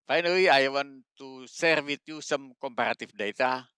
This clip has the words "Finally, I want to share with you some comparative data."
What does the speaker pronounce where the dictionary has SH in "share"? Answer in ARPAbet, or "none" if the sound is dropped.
S